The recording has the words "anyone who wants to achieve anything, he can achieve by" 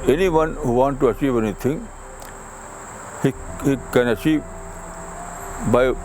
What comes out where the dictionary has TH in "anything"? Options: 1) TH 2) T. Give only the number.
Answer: 2